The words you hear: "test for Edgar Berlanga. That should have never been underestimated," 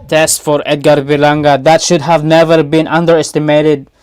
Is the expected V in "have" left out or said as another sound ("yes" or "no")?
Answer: no